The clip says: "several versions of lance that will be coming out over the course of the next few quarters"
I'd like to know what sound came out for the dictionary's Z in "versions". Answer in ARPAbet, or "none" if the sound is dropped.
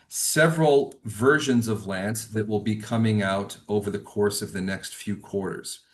Z